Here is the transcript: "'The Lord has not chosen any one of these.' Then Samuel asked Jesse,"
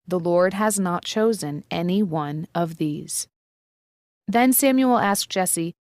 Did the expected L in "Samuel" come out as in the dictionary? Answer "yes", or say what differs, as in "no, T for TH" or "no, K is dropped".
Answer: yes